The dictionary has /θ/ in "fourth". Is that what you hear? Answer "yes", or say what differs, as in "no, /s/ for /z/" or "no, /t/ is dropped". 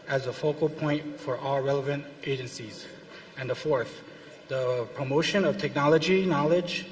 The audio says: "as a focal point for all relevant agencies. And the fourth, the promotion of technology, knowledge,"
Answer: yes